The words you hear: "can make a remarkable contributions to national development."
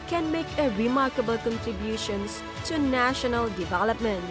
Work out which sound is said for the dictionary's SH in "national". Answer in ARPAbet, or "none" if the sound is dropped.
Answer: SH